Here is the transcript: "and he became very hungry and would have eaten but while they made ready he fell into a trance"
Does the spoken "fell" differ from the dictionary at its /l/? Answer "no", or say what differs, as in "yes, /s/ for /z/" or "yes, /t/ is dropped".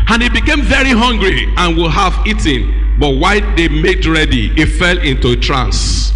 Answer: no